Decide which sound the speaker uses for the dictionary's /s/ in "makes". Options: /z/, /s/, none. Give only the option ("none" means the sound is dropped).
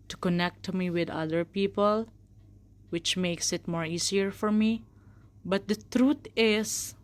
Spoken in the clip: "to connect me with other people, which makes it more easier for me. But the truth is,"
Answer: /s/